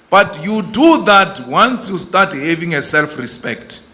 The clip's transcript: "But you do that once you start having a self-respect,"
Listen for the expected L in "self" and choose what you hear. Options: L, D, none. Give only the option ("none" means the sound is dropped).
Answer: L